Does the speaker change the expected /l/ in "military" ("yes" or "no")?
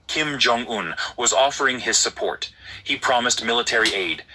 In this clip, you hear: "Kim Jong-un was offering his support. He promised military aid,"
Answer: no